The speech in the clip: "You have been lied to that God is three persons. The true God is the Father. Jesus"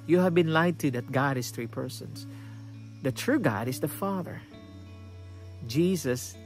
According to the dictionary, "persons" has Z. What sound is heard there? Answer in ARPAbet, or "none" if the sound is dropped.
S